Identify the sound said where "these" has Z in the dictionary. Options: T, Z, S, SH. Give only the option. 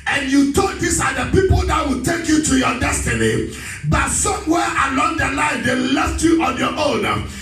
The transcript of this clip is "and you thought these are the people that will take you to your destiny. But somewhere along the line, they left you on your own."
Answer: S